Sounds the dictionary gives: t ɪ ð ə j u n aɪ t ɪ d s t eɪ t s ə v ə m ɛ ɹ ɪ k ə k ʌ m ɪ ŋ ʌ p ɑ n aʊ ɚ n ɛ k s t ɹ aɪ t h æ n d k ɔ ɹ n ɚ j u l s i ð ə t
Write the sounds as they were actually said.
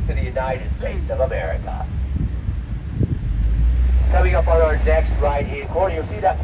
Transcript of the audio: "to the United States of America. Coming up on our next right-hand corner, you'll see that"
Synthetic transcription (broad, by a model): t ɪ ð ə j u n aɪ t ɪ d s t eɪ t s ə v ə m ɛ ɹ ɪ k ə k ʌ m ɪ ŋ ʌ p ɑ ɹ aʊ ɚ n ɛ k s t ɹ aɪ t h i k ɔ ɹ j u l s i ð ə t